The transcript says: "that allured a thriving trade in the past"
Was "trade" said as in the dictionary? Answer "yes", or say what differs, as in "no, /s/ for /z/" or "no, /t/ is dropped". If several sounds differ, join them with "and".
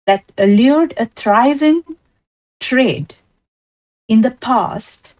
yes